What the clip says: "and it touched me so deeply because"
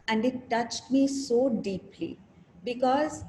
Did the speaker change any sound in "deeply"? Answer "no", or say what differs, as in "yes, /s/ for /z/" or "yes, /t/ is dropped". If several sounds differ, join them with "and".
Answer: no